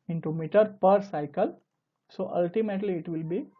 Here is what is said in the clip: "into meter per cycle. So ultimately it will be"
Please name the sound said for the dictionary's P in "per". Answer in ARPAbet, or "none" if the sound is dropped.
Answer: P